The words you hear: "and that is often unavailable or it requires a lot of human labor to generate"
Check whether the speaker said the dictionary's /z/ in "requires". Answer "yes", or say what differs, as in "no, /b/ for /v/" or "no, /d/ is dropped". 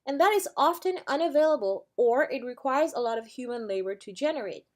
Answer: yes